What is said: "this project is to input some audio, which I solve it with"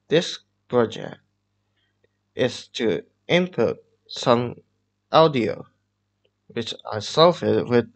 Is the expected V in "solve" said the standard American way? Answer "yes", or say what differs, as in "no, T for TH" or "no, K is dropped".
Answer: no, F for V